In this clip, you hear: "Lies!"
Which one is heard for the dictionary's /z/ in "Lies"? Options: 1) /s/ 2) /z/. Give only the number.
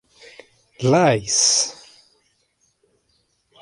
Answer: 1